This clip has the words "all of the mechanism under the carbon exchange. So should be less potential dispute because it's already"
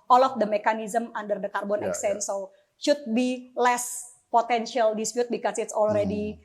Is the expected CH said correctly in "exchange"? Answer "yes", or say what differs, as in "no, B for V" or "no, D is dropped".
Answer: no, CH is dropped